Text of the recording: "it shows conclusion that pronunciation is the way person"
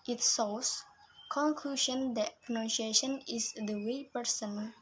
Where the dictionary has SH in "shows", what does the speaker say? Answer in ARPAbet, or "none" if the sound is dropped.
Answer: S